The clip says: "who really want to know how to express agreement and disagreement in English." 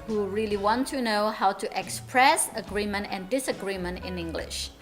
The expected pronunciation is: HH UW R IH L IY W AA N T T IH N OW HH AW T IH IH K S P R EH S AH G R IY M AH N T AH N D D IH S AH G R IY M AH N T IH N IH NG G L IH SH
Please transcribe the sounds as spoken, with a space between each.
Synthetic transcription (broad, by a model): HH UW R IH L IY W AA N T T IH N OW HH AW T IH IH K S P R EH S AH G R IY M AH N T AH N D D IH S AH G R IY M AH N T IH N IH NG G L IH SH